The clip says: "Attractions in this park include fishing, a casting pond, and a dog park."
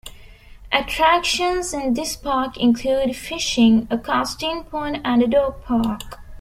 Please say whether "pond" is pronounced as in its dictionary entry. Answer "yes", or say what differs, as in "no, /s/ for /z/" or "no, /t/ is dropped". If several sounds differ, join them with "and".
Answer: no, /d/ is dropped